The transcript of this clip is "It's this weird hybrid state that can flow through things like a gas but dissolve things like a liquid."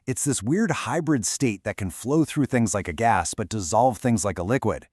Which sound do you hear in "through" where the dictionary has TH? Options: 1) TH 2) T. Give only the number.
1